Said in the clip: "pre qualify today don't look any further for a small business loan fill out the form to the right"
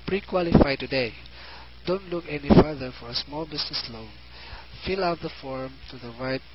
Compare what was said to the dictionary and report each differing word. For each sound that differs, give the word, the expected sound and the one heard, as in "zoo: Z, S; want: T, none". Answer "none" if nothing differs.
business: Z, S